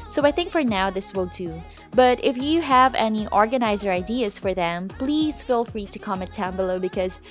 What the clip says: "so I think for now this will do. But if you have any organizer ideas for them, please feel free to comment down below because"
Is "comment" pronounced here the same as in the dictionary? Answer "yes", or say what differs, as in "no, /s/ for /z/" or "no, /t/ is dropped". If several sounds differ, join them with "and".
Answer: no, /n/ is dropped